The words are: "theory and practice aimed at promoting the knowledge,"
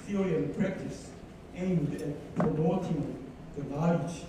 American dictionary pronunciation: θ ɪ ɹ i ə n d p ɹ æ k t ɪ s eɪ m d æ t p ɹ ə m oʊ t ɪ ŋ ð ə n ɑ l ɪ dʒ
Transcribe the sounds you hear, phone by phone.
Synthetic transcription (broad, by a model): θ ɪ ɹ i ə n p ɹ æ k t ɪ s eɪ m d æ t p ə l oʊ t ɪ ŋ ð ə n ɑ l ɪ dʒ